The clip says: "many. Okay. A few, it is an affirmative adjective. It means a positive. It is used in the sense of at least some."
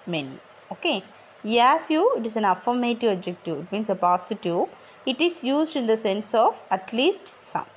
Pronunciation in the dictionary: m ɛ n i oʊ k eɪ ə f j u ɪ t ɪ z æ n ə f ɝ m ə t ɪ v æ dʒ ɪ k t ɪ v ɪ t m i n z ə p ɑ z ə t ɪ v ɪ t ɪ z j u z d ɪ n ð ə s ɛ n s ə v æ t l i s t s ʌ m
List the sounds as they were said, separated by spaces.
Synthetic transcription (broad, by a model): m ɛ n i oʊ k eɪ ə f j u ɪ t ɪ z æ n ə f ɝ m ə t ɪ v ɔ dʒ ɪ k t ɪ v ɪ t m i n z ə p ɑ s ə t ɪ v ɪ t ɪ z j u z d ɪ n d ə s ɛ n s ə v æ t l i s t s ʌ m